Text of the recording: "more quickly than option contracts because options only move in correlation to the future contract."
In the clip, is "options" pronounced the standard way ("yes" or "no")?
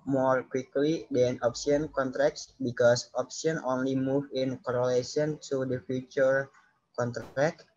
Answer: no